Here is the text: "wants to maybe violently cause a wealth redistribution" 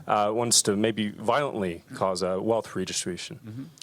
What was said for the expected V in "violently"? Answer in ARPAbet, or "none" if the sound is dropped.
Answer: V